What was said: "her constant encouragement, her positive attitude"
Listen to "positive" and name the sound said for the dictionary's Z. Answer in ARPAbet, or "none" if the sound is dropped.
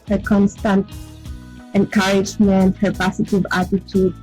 S